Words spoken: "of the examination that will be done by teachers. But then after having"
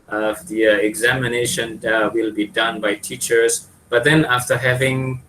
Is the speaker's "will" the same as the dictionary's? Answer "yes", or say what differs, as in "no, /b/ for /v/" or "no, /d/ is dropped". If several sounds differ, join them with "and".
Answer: yes